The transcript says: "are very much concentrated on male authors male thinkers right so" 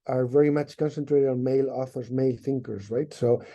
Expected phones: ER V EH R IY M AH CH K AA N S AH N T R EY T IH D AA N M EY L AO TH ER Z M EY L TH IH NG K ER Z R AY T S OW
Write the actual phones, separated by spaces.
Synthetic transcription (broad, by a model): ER V EH R IY M AH CH K AA N S AH N T R EY T IH D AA N M EY L AO TH ER Z M EY L TH IH NG K ER Z R AY T S OW